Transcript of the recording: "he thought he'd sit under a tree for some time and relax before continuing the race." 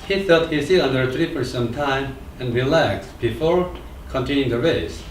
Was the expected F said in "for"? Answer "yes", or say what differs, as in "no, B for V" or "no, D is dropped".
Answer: no, P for F